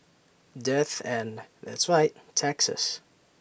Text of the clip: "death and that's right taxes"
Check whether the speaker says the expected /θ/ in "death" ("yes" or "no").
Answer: yes